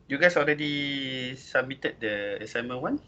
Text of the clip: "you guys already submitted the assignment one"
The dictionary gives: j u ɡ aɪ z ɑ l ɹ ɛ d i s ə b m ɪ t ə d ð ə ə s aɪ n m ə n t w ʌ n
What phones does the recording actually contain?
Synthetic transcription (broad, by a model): j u ɡ aɪ s ɑ l ɹ ɛ d i s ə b m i t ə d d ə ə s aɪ m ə n w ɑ n